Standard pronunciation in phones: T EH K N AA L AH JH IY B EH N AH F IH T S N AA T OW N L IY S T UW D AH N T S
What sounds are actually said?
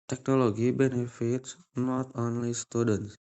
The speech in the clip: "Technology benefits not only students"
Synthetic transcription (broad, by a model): T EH K N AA L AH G IY B EH N AH F IH T S N AA T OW N L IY S T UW D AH N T S